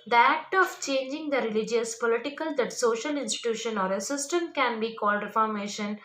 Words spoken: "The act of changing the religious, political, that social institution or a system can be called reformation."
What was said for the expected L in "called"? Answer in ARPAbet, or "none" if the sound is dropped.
L